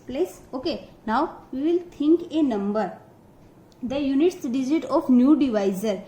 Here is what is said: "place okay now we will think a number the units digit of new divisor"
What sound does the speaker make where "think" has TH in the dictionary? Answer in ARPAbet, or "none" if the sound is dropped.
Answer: T